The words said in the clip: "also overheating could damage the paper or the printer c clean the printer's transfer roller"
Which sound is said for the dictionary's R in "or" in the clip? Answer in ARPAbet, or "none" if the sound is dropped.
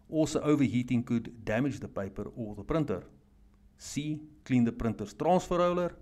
L